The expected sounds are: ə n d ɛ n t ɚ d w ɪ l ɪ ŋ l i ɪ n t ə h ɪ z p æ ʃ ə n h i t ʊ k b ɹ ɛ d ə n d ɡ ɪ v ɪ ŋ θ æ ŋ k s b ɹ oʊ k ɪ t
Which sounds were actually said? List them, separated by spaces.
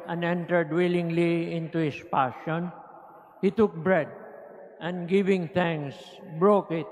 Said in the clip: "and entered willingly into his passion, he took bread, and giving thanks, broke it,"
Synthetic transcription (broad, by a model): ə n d ɛ n t ɚ d w ɪ l ɪ ŋ l i ɪ n t ə h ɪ s p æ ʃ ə n h i t ʊ k b ɹ ɛ d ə n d ɡ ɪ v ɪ ŋ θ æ ŋ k s b ɹ oʊ k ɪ t